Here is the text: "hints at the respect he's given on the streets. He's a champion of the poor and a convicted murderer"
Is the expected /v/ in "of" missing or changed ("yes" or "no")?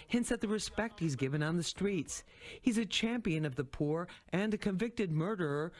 no